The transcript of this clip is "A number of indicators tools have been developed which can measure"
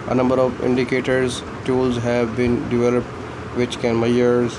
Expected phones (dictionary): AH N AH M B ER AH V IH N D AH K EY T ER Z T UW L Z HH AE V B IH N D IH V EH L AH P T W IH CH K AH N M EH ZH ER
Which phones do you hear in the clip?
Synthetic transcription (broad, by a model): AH N AH M B ER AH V IH N D AH K EY T ER Z T UW L Z HH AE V B IH N D IH V EH L AH P T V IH CH K AH N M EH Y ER